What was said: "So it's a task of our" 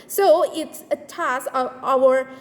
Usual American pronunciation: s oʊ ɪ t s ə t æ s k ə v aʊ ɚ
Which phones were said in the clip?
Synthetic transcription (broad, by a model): s oʊ ɪ t s ə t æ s ə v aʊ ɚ